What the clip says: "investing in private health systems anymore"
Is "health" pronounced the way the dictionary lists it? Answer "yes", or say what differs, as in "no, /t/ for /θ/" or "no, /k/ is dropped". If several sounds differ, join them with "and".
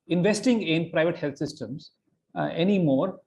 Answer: no, /t/ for /θ/